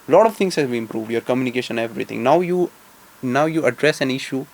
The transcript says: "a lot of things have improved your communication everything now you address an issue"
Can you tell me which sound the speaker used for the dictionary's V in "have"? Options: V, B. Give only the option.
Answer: B